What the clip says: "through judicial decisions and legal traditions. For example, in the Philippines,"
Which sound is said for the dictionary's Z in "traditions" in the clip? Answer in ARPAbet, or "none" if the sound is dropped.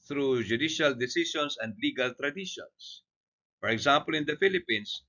S